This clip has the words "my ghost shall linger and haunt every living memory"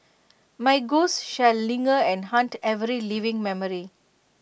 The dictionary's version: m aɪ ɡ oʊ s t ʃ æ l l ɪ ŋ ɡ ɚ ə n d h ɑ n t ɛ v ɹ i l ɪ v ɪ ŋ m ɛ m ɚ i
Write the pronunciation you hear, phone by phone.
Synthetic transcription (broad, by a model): m aɪ ɡ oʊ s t ʃ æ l l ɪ ŋ ɡ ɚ ə n d h ɑ n t ɛ v ɹ i l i v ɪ ŋ m ɛ m ɚ i